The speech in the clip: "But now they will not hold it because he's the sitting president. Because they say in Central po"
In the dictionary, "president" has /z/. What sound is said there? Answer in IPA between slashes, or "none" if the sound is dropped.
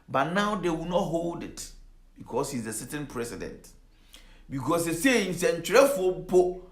/s/